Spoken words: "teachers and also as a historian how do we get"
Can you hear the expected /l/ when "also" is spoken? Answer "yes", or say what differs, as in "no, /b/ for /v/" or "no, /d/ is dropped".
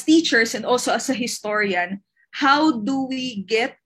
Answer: yes